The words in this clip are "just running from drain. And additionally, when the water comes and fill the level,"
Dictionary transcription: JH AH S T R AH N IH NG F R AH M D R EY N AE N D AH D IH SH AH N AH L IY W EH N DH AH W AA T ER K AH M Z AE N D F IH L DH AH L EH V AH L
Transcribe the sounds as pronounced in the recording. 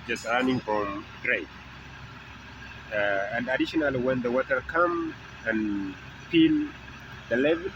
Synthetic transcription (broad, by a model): JH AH S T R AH N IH NG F R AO M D R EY AE N D AH D IH SH AH N AH L IY W EH N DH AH W AA T ER K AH M AE N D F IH L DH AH L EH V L